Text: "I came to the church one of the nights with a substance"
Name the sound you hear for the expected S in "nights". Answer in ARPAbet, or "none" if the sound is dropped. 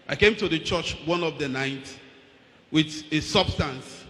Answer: none